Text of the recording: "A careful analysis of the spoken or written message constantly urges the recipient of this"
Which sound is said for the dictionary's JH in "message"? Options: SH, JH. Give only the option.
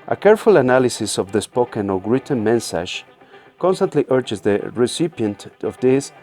SH